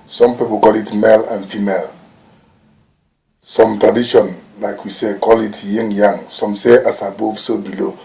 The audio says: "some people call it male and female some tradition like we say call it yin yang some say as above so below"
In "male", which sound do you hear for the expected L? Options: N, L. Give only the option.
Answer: L